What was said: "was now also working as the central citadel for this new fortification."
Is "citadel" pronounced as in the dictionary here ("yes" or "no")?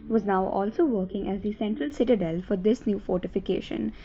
yes